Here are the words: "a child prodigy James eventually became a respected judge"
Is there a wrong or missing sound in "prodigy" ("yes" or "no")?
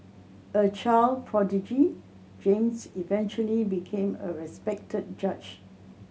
no